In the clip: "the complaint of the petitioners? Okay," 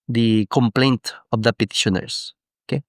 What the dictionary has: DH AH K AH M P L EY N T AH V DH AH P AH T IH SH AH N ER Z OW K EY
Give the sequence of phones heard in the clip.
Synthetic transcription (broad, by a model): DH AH K AH M P L EY N T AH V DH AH P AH T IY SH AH N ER S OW K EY